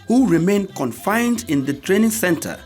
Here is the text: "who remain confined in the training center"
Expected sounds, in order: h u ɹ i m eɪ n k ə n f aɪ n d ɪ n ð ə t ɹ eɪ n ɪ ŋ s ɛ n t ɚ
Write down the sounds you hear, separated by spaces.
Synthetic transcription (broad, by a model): h u ɹ i m eɪ n k ə n f aɪ n d ɪ n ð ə t ɹ eɪ n ɪ ŋ s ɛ n t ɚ